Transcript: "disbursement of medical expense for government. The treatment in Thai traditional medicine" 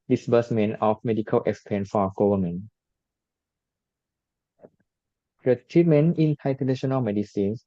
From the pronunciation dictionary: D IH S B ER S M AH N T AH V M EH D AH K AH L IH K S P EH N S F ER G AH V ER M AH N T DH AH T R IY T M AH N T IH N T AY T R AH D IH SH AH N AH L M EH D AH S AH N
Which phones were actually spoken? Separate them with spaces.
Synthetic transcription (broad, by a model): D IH S B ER S M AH N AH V M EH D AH K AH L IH K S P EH N F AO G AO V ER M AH N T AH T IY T M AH N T IH N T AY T AH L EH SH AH N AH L M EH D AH S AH N